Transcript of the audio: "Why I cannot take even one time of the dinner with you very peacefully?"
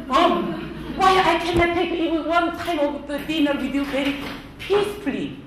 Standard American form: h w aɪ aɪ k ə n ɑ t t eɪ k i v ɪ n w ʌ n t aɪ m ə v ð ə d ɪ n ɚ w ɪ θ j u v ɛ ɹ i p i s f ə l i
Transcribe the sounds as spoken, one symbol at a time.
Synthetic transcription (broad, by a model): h w aɪ aɪ k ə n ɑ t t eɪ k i w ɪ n w ʌ n t aɪ m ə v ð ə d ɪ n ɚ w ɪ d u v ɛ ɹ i p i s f l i